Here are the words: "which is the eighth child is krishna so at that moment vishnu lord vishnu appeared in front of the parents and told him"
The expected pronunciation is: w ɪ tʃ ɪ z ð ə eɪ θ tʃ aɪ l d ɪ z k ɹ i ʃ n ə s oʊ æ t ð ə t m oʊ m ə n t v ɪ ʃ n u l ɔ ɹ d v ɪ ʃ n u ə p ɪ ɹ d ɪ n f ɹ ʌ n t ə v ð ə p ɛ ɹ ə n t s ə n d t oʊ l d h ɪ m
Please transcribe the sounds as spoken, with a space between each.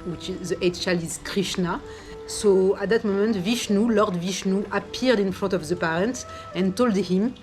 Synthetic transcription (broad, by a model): w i tʃ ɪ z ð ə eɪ t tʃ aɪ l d ɪ z k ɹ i ʃ n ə s oʊ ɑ t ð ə t m oʊ m ə n t v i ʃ n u l ɔ ɹ d v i ʃ n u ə p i ɹ d ɪ n f ɹ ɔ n t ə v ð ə p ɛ ɹ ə n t ə n t oʊ l d h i m